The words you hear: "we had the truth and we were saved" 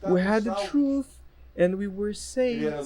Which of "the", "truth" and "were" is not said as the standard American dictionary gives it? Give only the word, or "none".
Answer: none